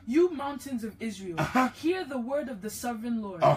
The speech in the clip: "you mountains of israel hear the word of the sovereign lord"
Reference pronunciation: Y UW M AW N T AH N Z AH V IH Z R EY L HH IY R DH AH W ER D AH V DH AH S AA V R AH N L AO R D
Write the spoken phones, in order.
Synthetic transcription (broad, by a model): Y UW M AW N T AH N Z AH V IH Z R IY L HH IY R DH AH W ER D AH V DH AH S AA V R AH N L AO R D